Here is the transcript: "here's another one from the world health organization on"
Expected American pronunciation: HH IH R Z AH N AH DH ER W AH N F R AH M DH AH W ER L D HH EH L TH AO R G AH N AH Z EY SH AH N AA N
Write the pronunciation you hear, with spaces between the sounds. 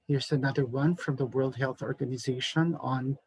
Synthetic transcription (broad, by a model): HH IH R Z AH N AH DH ER W AH N F R AH M DH AH W ER L D HH EH L TH AO R G AH N AH Z EY SH AH N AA N